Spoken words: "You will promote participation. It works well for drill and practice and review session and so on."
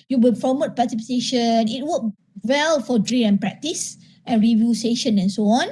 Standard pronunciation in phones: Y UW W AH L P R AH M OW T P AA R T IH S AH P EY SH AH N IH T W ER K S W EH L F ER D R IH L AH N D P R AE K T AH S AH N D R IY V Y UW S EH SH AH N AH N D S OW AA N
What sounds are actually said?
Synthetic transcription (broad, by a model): Y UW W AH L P R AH M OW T P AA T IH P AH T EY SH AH N IH T W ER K W EH L F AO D R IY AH N P R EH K T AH S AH N R IY V Y UW S EH SH AH N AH N S OW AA N